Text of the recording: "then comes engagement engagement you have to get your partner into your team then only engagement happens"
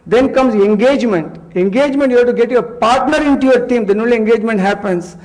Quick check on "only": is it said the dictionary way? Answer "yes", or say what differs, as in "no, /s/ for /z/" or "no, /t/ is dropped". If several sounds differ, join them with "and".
no, /n/ is dropped